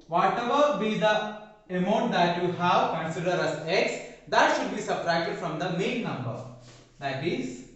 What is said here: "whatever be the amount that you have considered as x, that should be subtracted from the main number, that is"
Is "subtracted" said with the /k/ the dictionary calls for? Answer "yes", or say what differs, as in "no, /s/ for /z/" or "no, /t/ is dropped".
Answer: no, /k/ is dropped